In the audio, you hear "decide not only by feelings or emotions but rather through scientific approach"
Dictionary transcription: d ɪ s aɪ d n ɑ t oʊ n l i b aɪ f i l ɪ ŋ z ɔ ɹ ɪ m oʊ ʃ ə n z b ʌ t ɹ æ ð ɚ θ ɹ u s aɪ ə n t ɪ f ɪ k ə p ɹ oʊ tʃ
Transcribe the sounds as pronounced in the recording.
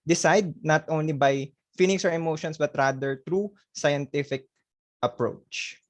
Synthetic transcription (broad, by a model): d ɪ s aɪ d n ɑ t oʊ n l i b aɪ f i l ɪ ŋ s ɔ ɹ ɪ m oʊ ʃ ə n s b ʌ t ɹ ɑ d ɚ t ɹ u s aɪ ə n t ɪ f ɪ k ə p ɹ oʊ tʃ